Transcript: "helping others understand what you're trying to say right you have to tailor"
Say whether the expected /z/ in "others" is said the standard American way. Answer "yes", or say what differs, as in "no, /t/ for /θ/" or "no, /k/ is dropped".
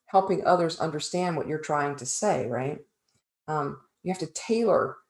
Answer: yes